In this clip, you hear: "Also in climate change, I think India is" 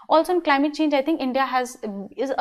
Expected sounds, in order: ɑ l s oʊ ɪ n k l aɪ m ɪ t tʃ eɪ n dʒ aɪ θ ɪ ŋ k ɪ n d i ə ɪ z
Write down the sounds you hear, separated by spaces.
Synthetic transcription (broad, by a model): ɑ l s oʊ ɪ n k l aɪ m ɪ t tʃ eɪ n dʒ aɪ t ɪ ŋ k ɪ n d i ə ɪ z